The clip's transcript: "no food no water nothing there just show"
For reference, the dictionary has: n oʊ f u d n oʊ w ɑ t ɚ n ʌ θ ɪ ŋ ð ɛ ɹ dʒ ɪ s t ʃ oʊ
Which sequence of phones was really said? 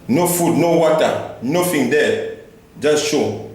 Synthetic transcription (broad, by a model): n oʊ f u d n oʊ w ɑ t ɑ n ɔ f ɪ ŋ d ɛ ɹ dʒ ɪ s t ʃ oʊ